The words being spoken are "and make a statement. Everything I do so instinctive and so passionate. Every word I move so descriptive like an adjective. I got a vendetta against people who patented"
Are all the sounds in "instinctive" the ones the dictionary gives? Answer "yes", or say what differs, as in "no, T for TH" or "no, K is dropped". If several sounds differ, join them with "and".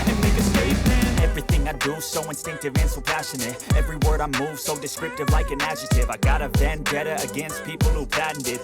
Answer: yes